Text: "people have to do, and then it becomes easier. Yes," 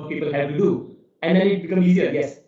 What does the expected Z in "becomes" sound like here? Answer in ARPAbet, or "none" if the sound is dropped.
none